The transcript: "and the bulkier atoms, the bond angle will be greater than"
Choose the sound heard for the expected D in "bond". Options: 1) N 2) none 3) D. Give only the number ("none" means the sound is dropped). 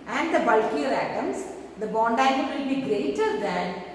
3